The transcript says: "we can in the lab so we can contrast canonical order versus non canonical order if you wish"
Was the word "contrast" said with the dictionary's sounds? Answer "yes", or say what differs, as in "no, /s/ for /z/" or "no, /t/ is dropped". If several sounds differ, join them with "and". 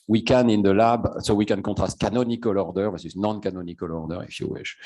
no, /n/ is dropped